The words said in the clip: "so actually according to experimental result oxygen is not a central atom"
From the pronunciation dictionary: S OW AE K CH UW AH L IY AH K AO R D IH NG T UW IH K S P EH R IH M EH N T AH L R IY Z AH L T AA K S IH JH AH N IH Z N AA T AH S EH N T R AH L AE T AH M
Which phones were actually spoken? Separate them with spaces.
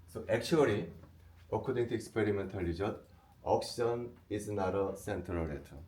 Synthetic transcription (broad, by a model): S OW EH K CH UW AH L IY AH K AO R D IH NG T UW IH K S P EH R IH M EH N T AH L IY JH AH T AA K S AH N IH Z N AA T AH S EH N T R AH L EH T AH